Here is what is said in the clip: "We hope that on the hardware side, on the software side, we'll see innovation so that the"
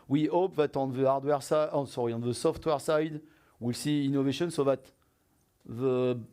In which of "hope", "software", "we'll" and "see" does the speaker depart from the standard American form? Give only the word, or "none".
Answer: none